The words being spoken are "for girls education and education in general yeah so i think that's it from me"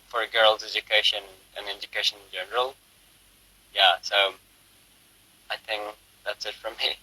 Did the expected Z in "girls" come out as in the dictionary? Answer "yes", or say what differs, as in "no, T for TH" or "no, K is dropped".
yes